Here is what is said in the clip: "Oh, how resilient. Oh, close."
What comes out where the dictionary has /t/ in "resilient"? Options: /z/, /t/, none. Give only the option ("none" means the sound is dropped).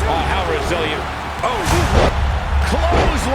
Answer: none